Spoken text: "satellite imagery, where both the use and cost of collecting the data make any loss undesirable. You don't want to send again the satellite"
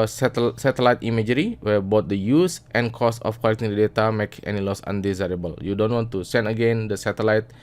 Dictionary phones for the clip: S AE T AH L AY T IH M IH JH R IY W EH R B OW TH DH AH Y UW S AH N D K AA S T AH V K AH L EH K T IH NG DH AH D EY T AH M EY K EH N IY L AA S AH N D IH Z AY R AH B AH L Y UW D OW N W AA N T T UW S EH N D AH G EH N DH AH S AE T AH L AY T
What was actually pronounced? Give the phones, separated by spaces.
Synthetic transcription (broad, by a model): S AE T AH L AY T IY M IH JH R IY W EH B OW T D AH Y UW S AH N K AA S AH F K AH L EH K T IH NG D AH D EY T AH M EY K EH N IY L AA S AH N D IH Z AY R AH B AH L Y UW D OW N W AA N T T UW S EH N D AH G EH N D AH S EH T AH L AY T